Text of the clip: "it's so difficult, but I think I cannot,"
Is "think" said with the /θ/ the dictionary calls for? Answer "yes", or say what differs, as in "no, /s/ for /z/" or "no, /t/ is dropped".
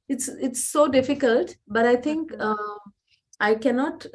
no, /t/ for /θ/